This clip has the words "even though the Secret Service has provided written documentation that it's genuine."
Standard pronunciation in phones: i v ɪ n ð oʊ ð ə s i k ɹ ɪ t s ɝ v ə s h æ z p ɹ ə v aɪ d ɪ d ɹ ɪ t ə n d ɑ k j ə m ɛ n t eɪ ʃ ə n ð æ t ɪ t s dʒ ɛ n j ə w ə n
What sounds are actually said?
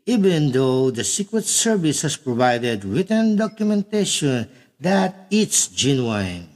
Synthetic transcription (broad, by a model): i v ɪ n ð oʊ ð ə s i k ɹ ɪ t s ɝ v ə s h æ s p ɹ ə v aɪ d ɪ d ɹ ɪ t ə n d ɑ k j ə m ɛ n t eɪ ʃ ə n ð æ t ɪ t s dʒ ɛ n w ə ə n